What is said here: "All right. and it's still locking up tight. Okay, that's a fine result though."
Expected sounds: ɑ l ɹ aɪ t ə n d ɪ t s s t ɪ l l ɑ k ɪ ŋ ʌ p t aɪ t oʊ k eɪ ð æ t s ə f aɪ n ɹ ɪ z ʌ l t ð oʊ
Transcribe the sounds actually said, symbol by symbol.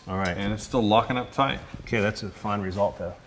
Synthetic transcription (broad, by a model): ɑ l ɹ aɪ t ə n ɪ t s s t ɪ l l ɑ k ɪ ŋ ʌ p t aɪ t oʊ k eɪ ð æ t s ə f aɪ n ɹ ɪ z ʌ l t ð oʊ